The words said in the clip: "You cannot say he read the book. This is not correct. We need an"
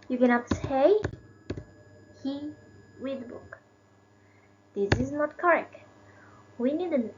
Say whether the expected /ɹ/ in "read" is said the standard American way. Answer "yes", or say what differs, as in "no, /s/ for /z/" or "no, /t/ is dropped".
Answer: no, /w/ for /ɹ/